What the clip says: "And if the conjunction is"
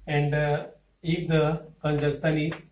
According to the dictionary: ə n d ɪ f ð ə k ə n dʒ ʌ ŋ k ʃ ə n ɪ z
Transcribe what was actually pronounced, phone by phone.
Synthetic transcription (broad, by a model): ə n d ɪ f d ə k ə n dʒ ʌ k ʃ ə n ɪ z